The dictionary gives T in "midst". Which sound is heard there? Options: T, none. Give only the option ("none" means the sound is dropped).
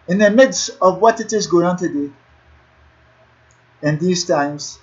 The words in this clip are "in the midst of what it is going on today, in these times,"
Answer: T